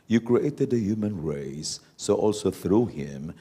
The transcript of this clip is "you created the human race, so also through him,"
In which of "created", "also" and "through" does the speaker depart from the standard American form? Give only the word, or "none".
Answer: none